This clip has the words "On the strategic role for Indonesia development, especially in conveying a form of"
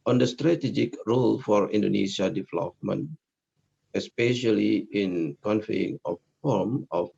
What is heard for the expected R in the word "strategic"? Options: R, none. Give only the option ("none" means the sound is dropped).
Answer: R